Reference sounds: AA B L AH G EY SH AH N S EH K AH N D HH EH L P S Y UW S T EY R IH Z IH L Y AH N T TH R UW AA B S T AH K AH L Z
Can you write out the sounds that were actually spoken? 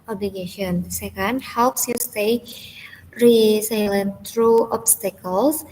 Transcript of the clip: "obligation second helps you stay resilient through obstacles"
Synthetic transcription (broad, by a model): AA B L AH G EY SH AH N S EH K AH N D HH EH L P S Y UW S T EY R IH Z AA L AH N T R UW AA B S T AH K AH L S